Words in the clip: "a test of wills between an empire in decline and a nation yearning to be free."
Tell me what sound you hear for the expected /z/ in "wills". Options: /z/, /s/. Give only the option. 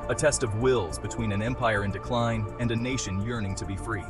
/z/